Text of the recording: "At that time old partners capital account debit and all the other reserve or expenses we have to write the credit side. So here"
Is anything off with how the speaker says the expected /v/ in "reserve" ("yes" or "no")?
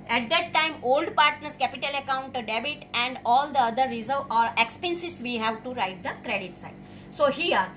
yes